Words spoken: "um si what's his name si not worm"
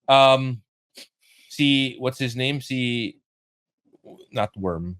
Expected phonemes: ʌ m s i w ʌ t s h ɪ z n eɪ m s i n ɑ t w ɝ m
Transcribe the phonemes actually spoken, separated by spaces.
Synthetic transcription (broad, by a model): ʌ m s i w ʌ t s h ɪ z n eɪ m s i n ɑ t w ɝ m